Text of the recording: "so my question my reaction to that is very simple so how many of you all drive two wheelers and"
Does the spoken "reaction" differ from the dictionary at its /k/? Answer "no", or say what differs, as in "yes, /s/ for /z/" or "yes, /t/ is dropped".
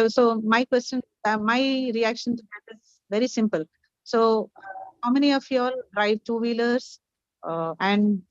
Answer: no